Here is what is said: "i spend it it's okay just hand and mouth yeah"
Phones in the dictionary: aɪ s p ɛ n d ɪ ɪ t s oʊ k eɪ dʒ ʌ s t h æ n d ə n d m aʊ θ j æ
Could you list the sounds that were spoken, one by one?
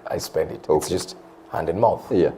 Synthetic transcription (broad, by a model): aɪ s p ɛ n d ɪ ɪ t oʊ dʒ ʌ s t h æ n d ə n m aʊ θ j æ